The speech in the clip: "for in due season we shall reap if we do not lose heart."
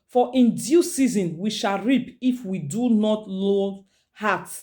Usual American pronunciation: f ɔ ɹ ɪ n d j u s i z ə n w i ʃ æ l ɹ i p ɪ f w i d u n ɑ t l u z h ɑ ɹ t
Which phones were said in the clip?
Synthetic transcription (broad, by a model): f ɔ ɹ ɪ n d j u s i z ə n w i ʃ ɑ l ɹ i p ɪ f w i d u n ɑ t l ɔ h ɑ t